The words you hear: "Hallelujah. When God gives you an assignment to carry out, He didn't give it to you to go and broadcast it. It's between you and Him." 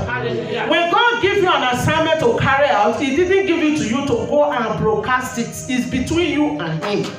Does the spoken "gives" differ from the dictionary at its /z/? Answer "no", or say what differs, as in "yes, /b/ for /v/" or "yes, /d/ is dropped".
yes, /z/ is dropped